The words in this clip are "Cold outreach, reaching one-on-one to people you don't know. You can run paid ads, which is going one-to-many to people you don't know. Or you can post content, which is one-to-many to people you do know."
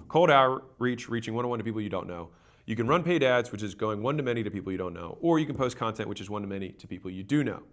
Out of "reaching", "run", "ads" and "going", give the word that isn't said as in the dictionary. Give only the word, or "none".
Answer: none